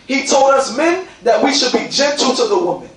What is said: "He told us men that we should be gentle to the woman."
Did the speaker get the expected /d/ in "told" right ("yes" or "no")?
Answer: yes